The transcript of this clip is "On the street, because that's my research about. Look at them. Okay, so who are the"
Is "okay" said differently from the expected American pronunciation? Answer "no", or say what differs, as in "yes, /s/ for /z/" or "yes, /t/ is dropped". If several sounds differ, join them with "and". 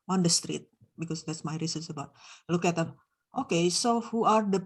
no